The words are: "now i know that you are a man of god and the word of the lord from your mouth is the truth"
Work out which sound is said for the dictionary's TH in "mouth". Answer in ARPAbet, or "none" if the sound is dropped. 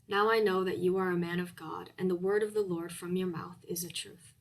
TH